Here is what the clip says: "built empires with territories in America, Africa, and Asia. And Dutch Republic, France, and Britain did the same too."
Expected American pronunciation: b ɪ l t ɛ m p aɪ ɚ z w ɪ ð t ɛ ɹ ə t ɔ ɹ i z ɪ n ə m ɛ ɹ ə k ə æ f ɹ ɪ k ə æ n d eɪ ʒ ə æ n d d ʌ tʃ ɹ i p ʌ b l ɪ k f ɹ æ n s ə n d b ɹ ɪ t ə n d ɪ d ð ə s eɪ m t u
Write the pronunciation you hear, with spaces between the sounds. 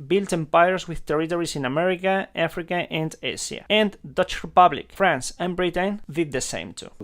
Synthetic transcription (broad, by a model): b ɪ l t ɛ m p aɪ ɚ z w ɪ ð t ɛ ɹ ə t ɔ ɹ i s ɪ n ə m ɛ ɹ ə k ə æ f ɹ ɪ k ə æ n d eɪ s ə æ n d d ʌ tʃ ɹ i p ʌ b l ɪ k f ɹ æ n s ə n b ɹ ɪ t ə n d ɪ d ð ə s eɪ m t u